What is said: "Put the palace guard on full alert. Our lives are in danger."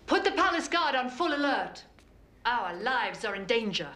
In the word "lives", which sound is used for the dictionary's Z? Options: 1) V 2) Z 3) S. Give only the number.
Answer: 2